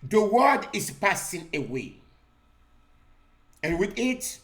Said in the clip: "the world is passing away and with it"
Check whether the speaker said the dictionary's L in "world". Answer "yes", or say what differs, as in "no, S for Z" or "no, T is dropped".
no, L is dropped